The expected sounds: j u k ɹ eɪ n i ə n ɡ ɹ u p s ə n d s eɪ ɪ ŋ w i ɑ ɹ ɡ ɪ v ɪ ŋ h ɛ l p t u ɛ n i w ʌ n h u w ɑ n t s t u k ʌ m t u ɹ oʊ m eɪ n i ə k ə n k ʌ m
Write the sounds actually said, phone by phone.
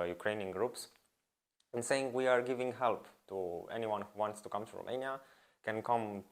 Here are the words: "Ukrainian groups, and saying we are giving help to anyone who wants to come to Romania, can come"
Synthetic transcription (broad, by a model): j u k ɹ eɪ n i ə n ɡ ɹ u p s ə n s eɪ ɪ ŋ w i ɑ ɹ ɡ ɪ v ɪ ŋ h ɛ l p t u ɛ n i w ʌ n h u w ɑ n t s t u k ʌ m t u ɹ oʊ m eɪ n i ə k ə n k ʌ m